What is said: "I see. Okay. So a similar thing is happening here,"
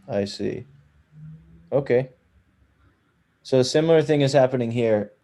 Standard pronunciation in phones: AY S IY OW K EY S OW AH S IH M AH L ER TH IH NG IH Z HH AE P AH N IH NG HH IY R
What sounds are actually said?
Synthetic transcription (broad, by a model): AY S IY OW K EY S OW AH S IH M L ER TH IH NG IH Z HH AE P AH N IH NG HH IY R